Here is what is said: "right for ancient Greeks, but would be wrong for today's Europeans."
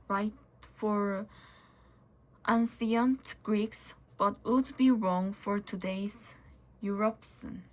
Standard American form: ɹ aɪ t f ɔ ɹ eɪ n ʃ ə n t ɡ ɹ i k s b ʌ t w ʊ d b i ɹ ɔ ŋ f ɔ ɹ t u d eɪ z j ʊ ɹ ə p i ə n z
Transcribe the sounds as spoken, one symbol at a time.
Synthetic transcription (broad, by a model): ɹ aɪ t f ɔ ɹ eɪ n s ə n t ɡ ɹ i k s b ʌ t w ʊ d b i ɹ ɔ ŋ f ɔ ɹ t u d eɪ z j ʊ ɹ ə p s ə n